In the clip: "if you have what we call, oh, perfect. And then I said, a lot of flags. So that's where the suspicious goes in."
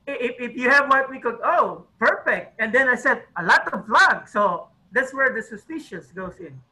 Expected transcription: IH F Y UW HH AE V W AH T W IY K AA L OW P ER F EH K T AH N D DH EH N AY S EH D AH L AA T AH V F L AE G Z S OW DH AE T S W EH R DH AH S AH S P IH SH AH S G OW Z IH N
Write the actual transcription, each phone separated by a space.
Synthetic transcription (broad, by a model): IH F Y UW HH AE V W AH T W IY K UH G OW P ER F EH K T AH N D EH N AY S EH D AH L AA T AH V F L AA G S OW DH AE T S W EH R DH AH S AH S P IH SH AH S G OW S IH N